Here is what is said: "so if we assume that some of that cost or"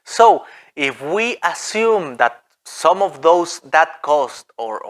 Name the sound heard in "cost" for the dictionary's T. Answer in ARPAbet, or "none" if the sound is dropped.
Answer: T